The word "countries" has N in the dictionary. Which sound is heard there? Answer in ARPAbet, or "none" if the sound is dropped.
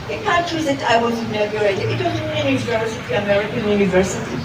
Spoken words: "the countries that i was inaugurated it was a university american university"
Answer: none